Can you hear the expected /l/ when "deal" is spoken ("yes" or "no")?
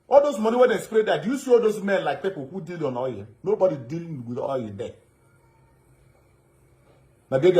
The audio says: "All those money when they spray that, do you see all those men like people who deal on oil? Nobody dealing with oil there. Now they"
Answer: yes